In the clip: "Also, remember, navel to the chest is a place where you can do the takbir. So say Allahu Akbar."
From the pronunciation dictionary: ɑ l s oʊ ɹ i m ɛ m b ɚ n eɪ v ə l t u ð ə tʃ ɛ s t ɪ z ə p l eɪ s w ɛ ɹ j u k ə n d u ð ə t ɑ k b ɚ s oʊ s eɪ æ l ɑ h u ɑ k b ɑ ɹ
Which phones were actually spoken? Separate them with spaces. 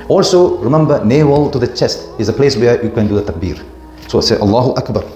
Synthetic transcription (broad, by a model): ɑ l s oʊ ɹ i m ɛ m b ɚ n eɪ w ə l t u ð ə tʃ ɛ s t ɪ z ə p l eɪ s w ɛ j u k ə n d u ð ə t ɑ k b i s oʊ s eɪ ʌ l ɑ h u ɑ k b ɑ ɹ